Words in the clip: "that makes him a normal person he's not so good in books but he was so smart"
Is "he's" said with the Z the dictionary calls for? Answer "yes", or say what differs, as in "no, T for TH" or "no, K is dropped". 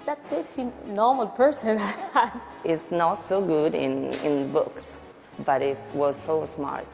no, S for Z